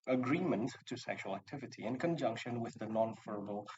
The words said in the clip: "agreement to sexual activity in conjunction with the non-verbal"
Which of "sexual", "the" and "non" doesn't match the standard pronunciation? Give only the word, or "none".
none